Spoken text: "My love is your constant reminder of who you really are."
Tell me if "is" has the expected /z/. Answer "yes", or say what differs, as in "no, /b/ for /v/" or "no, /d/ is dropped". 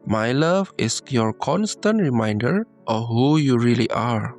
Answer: no, /s/ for /z/